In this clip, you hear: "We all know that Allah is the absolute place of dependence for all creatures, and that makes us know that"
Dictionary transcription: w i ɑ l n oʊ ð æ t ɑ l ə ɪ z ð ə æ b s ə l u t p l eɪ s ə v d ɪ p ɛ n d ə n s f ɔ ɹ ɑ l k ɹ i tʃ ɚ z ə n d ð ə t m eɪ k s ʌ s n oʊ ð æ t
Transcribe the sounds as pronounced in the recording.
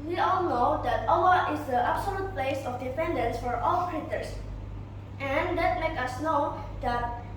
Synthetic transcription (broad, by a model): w i ɑ l n oʊ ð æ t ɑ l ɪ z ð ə æ b s ə l u t p l eɪ s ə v d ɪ f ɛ n d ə n s f ɔ ɹ ɑ l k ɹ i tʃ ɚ s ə n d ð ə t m eɪ k ʌ s n oʊ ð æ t